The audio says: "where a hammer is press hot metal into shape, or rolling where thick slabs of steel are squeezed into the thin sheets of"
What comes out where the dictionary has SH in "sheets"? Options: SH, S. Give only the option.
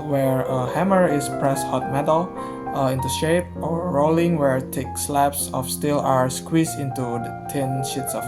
SH